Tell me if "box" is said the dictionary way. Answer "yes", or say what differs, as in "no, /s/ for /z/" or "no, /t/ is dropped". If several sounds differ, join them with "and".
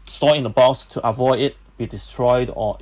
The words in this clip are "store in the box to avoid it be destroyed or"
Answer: no, /k/ is dropped